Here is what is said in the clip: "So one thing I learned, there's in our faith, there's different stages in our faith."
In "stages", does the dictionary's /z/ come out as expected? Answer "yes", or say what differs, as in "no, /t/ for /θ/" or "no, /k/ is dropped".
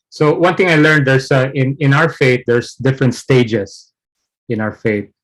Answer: no, /s/ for /z/